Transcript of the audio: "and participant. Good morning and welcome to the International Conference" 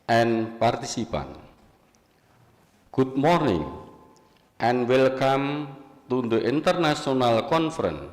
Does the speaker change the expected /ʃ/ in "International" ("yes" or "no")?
yes